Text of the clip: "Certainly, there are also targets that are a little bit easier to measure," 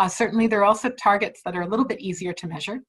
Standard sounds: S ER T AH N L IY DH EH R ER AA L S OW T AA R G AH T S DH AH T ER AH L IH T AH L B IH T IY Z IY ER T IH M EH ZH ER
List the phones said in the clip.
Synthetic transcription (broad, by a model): S ER T N L IY DH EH R AA L S OW T AA R G AH T S DH AH T ER AH L IH T L B IH T IY Z IY ER T IH M EH ZH ER